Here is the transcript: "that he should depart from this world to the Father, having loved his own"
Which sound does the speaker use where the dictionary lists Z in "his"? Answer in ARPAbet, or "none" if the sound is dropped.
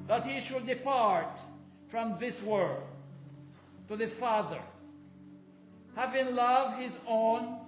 Z